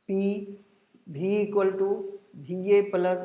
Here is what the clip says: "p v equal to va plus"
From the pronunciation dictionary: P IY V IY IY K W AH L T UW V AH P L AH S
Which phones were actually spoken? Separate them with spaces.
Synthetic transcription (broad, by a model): P IY B IY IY K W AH L T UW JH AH P L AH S